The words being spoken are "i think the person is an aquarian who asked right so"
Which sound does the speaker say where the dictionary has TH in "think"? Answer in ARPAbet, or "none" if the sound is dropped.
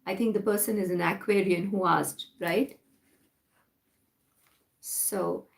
T